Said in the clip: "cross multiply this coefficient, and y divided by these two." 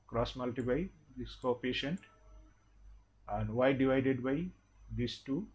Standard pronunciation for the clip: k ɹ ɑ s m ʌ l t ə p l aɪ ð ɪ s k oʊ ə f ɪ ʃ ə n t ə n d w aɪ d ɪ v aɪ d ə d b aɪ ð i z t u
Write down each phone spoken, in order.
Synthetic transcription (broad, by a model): k ɹ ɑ s m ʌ l t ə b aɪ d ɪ s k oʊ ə p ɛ ʃ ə n t ə n d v aɪ d ɪ v aɪ d ə d b aɪ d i s t u